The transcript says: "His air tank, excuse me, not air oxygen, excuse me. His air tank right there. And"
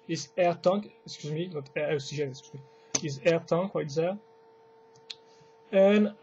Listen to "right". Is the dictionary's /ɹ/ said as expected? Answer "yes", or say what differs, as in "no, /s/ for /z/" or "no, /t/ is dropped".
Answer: no, /w/ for /ɹ/